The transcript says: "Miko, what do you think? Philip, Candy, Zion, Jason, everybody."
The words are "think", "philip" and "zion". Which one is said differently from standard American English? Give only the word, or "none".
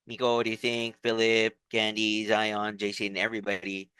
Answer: none